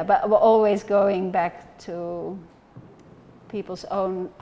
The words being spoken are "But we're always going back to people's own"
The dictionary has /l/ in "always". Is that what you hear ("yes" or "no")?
yes